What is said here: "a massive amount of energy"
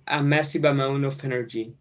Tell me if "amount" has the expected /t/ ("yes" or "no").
no